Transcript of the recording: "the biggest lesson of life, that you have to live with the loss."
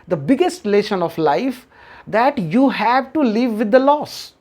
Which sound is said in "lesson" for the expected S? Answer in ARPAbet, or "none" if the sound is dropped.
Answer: SH